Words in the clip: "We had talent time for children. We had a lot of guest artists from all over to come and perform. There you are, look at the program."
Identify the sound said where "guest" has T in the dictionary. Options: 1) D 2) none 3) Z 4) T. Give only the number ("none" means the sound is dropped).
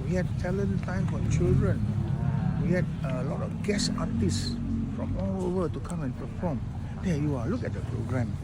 2